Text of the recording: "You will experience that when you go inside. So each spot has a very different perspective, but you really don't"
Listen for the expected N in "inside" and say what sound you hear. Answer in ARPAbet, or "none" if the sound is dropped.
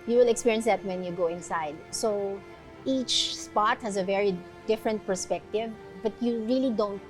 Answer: N